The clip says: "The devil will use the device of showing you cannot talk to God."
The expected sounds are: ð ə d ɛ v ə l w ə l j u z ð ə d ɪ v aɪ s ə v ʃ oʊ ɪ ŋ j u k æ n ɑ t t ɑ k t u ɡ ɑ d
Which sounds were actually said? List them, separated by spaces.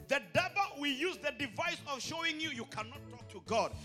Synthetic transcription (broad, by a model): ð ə d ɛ b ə w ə j u z ð ə d ɪ v aɪ s ə v ʃ oʊ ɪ ŋ j u k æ n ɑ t t ɑ k t u ɡ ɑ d